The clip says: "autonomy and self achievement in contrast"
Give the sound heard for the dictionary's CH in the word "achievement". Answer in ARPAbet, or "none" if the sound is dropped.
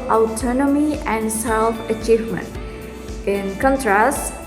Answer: CH